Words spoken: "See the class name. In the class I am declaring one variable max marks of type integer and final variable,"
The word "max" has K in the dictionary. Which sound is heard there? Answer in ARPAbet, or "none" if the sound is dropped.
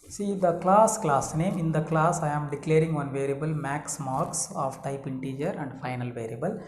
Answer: K